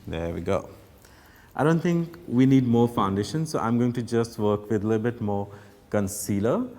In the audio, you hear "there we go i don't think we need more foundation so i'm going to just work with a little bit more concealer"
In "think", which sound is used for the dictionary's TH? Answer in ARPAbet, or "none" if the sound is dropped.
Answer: T